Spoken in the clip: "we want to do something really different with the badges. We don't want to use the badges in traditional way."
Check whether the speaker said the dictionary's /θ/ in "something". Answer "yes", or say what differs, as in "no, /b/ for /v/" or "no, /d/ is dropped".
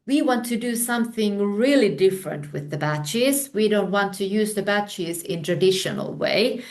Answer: yes